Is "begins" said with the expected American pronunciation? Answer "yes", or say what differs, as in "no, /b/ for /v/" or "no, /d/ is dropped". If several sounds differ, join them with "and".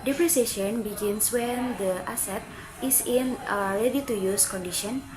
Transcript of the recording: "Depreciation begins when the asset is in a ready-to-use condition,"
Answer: no, /s/ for /z/